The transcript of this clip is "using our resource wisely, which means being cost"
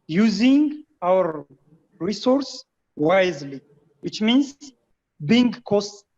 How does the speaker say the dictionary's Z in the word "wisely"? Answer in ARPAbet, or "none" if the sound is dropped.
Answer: Z